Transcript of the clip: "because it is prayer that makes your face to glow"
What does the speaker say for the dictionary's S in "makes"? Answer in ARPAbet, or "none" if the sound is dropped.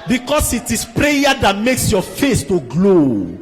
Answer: S